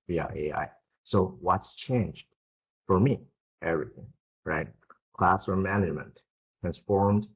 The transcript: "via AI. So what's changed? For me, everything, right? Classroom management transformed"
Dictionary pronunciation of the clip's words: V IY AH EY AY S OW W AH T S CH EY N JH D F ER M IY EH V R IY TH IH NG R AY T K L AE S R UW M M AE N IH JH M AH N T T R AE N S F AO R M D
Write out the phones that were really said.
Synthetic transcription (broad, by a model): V IY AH EY AY S OW W AH T S CH EY N JH D F ER M IY EH V R IY TH IH NG R AY T K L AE S AH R M AE N IH JH M AH N T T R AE N S F AO R M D